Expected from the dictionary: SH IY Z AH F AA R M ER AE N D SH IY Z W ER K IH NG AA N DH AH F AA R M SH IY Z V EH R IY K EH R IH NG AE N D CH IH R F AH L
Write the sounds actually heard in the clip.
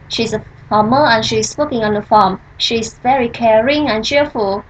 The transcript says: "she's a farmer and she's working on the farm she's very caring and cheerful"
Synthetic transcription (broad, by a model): SH IY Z AH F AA M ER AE N SH IY S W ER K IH NG AA N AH F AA M SH IY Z V EH R IY K EH R IH NG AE N CH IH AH F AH L